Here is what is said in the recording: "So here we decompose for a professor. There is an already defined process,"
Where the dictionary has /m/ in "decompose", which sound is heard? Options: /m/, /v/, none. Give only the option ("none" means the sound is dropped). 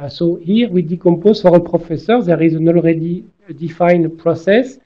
/m/